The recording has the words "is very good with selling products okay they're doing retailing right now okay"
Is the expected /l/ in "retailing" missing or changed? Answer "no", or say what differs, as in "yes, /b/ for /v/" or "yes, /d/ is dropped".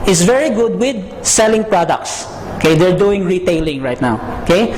no